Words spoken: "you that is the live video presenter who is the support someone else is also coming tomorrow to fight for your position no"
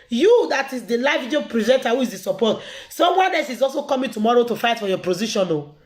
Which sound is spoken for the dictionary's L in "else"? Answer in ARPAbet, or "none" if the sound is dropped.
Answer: none